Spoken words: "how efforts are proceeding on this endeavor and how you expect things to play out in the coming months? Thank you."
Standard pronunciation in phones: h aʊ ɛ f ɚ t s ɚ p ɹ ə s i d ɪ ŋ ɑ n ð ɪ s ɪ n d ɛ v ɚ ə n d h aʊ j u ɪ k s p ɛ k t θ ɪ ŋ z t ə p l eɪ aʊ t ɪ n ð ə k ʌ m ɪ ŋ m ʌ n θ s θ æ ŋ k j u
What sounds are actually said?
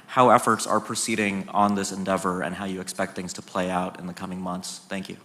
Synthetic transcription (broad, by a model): h aʊ ɛ f ɚ t s ɚ p ɹ ə s i d ɪ ŋ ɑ n ð ɪ s ɪ n d ɛ v ɚ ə n h aʊ j ɪ k s p ɛ k t θ ɪ ŋ z t ə p l eɪ aʊ t ɪ n ð ə k ʌ m ɪ ŋ m ʌ n θ s θ æ ŋ k j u